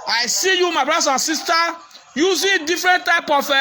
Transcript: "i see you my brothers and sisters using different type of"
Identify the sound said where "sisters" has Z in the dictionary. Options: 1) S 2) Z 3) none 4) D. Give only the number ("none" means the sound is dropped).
3